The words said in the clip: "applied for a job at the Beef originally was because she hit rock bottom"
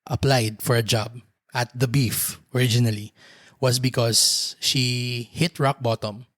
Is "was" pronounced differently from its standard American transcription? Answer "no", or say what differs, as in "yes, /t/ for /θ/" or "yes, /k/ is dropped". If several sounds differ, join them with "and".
yes, /s/ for /z/